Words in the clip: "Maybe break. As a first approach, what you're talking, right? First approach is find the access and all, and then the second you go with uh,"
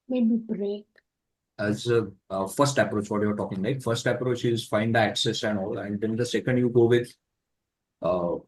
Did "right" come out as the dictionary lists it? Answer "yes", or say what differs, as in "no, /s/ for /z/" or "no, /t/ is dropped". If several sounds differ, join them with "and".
no, /l/ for /ɹ/